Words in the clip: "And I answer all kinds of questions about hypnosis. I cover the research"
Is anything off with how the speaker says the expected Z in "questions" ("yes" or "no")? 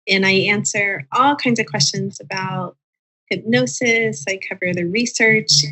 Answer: no